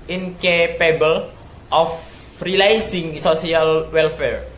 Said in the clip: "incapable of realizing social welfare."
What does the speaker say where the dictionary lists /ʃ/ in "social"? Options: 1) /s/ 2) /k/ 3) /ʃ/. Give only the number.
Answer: 1